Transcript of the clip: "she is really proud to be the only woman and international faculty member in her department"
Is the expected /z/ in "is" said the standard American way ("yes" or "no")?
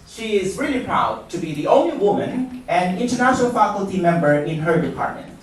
yes